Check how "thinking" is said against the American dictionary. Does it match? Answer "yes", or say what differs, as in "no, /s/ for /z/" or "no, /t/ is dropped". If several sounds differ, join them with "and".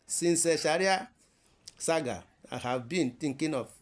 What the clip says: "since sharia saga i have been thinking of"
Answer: no, /t/ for /θ/